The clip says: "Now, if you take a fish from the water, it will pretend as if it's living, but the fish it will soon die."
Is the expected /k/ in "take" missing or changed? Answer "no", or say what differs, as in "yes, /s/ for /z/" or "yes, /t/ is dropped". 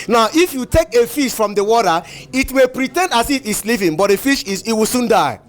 no